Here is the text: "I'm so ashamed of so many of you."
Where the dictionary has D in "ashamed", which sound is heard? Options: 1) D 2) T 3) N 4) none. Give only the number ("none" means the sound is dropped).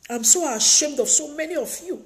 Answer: 1